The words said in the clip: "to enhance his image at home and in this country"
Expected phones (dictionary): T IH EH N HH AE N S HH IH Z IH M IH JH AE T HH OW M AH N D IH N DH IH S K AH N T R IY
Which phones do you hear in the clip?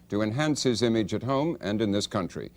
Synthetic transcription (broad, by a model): T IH EH N HH AE N S HH IH Z IH M IH JH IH T HH OW M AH N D IH N DH IH S K AH N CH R IY